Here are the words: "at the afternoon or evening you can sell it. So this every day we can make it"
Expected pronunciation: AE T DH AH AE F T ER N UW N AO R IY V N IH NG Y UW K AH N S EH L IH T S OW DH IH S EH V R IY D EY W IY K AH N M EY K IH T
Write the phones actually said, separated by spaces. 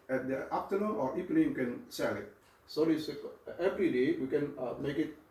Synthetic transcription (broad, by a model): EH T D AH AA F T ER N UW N AO R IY P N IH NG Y K AH N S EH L IH T S OW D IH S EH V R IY D EY W IY K AH N M EY K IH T